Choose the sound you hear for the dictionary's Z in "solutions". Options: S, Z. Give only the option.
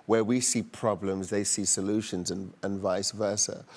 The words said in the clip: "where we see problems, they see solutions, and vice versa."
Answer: Z